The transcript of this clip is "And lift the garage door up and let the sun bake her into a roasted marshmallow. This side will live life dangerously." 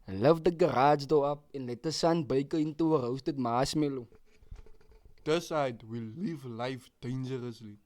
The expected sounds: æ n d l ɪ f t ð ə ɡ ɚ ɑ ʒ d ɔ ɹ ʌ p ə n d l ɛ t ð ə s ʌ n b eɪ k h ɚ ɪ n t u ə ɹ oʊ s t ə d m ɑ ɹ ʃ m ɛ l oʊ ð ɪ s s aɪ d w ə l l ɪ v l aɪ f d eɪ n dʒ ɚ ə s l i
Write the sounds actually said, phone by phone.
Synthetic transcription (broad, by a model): l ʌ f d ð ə ɡ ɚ ɑ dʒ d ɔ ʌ p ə n l ɛ t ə s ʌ n b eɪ k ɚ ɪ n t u ə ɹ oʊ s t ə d m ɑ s m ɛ l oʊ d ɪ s s aɪ d w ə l l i v l aɪ f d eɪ n dʒ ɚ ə s l i